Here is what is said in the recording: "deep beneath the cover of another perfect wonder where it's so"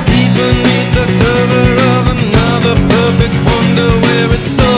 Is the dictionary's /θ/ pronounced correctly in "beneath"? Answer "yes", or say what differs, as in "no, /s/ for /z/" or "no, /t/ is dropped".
no, /t/ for /θ/